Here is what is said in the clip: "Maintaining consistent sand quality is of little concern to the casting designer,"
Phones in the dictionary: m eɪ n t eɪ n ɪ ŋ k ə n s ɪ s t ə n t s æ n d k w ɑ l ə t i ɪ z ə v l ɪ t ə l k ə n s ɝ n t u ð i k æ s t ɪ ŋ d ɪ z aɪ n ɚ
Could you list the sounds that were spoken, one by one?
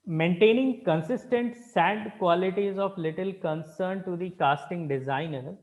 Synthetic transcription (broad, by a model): m eɪ n t eɪ n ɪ ŋ k ə n s ɪ s t ə n t s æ d k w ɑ l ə t i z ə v l ɪ t ə l k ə n s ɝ n t u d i k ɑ s t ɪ ŋ d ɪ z aɪ n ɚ